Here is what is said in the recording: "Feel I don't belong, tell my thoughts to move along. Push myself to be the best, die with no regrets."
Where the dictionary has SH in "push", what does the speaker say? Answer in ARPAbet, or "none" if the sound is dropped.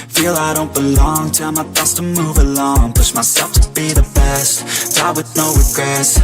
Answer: S